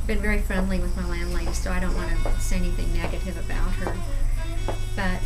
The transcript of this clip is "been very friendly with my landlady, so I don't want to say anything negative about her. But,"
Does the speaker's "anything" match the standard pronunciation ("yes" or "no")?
yes